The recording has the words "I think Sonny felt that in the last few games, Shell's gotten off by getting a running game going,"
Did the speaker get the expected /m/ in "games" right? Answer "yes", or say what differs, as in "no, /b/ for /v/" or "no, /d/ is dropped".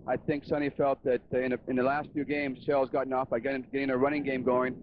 yes